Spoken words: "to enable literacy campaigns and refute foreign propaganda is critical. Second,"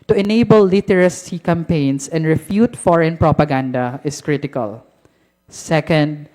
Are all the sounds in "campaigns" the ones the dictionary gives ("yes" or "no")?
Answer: no